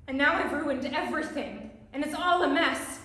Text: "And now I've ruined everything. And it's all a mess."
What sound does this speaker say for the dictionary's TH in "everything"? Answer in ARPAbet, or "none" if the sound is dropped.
TH